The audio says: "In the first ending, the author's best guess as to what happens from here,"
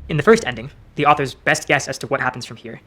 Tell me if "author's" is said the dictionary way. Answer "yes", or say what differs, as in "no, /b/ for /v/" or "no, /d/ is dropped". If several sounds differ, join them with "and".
yes